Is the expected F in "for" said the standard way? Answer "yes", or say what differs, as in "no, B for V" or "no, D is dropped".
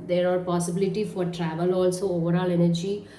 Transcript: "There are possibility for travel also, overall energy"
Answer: yes